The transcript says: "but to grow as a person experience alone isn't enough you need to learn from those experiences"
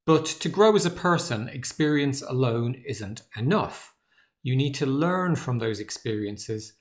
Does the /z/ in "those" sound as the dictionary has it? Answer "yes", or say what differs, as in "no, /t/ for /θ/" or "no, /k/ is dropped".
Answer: yes